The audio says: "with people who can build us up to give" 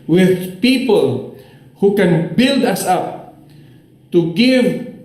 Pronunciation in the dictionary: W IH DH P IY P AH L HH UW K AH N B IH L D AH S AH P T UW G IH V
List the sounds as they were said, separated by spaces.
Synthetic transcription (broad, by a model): W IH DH P IY P AH L HH UW K AH N B IH L D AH S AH P T UW G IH V